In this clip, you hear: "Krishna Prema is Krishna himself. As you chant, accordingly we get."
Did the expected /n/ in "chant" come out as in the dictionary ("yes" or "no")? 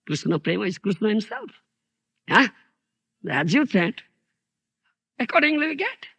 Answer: no